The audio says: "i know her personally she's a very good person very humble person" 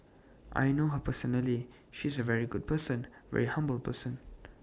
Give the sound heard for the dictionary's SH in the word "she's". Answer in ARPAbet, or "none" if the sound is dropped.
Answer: SH